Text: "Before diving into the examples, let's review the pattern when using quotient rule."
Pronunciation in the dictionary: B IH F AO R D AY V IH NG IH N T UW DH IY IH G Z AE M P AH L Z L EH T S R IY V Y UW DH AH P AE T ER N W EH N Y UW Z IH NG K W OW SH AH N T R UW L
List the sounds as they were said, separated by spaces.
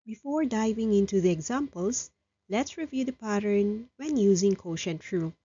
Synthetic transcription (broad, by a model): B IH F AO R D AY V IH NG IH N T UW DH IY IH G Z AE M P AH L S L EH T S R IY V Y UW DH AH P AE T ER N W EH N Y UW Z IH NG K OW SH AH N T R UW